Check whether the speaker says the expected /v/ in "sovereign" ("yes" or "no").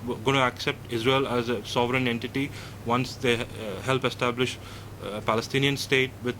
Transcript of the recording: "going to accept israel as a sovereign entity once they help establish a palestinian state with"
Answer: yes